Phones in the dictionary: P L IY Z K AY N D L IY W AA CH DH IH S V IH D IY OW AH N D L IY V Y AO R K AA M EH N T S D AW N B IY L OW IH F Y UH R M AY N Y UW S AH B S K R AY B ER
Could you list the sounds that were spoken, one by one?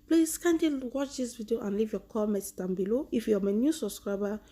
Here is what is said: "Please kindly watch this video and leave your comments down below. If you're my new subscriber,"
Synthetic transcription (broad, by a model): P L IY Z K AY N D IY W AA CH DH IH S V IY D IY OW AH N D L IY V Y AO K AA M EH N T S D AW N B IY L OW IH F Y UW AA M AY N Y UW S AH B S K R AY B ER